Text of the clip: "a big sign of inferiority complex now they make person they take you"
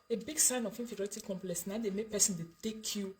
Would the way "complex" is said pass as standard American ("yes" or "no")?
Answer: yes